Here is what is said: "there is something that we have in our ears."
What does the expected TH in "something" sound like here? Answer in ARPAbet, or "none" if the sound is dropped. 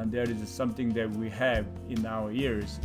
TH